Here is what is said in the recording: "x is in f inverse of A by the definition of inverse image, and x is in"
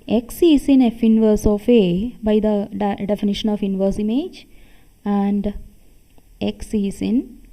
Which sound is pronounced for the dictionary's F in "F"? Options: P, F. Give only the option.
F